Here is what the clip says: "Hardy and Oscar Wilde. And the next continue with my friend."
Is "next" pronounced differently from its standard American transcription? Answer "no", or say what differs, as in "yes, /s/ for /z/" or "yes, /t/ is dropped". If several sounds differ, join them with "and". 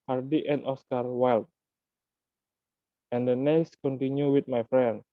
yes, /k/ is dropped